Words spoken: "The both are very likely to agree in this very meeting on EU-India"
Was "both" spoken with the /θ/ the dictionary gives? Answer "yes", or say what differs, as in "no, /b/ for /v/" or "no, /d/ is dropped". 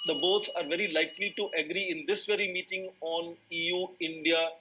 no, /s/ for /θ/